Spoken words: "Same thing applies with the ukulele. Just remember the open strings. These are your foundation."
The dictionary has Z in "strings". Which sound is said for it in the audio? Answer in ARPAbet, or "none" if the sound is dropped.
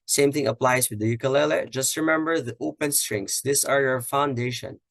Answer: S